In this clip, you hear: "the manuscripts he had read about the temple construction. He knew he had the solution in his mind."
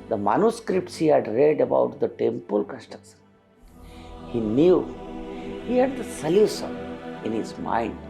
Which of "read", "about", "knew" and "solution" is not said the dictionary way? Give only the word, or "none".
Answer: solution